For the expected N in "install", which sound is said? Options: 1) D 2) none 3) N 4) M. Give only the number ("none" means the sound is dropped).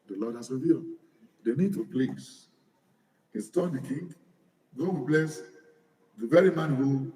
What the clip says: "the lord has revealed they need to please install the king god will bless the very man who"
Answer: 2